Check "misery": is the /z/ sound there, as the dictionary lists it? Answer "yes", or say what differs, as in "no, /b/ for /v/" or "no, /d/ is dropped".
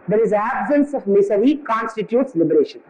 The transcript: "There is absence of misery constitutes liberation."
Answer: no, /s/ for /z/